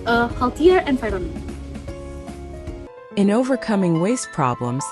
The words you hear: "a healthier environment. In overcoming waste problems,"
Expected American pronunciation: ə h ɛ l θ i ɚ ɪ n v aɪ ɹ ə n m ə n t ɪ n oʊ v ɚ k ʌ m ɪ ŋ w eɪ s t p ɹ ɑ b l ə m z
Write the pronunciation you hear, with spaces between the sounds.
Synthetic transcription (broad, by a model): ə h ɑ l t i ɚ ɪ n f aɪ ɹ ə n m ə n ɪ n oʊ v ɚ k ʌ m ɪ ŋ w eɪ s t p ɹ ɑ b l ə m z